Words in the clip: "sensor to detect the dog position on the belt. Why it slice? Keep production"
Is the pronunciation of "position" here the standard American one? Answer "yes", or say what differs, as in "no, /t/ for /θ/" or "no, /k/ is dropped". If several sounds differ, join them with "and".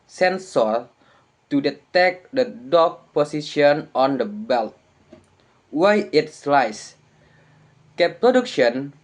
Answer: no, /s/ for /z/